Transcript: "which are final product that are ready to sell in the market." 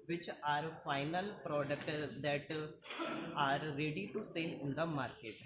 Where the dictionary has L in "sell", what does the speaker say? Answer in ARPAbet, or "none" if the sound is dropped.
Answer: N